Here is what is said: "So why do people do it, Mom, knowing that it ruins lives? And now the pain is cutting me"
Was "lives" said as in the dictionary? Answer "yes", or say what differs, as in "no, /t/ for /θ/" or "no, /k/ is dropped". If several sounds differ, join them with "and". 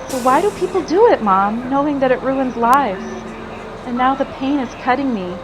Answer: yes